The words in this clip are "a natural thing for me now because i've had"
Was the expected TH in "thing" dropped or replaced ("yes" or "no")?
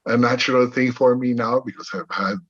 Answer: no